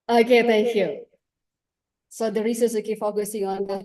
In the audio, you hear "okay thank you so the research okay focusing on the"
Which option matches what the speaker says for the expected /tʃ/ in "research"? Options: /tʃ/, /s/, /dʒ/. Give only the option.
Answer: /s/